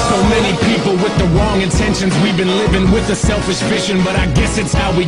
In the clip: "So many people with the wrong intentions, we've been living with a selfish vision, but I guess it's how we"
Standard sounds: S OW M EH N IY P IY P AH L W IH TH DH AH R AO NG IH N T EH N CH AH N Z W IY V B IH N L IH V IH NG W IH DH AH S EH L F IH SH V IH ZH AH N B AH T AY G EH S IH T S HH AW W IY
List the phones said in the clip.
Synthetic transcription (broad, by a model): S OW M EH N IY P IY P L W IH DH AH R AO NG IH N T EH N SH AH N Z W IY V B IH N L IH V IH NG W IH DH AH S EH L F IH SH F IH SH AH N B AH T AY G EH S IH T S HH AW W IY